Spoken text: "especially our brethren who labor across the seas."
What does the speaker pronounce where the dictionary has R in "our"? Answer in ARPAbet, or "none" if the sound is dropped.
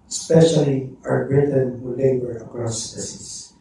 W